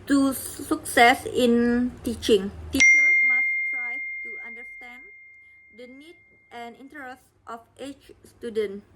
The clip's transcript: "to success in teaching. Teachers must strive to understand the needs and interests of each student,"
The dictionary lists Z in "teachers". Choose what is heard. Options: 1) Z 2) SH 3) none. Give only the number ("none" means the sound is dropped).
3